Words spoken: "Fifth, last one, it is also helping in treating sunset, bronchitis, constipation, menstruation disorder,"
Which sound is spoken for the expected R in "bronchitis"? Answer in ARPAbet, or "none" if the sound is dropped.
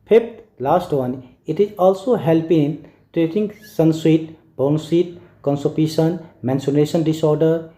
none